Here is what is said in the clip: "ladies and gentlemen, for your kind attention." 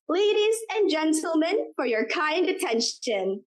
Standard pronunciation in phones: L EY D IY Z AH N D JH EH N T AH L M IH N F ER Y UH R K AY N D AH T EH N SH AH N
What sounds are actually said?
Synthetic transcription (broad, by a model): L EY D IY Z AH N JH EH N T L M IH N F ER Y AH R K AY N D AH T EH N SH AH N